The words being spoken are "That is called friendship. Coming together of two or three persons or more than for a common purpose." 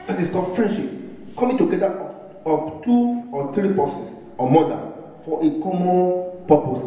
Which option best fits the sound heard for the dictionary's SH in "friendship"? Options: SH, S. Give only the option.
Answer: SH